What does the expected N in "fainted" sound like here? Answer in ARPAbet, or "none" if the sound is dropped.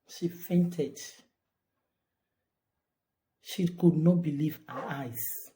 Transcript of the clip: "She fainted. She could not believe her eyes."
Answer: N